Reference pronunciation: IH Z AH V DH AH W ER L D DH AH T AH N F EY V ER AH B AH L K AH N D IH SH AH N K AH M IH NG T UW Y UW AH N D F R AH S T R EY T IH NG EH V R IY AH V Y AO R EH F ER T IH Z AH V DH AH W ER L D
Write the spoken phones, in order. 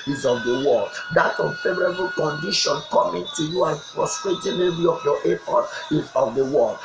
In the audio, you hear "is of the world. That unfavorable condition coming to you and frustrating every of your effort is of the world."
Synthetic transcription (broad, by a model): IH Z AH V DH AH W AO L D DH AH T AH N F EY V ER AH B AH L K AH N D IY SH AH N K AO M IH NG T UW Y UW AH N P R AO S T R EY T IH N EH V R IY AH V Y AO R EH P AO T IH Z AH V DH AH W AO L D